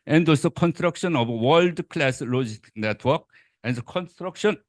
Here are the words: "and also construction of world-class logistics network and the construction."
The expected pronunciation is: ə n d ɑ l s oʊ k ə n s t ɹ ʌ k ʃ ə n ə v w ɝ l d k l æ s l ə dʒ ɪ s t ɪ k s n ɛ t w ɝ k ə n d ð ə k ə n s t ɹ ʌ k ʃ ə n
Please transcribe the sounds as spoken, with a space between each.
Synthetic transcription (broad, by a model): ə n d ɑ s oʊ k ə n s t ɹ ʌ k ʃ ə n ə b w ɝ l d k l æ s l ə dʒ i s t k n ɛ t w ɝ k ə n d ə k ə n s t ɹ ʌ k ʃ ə n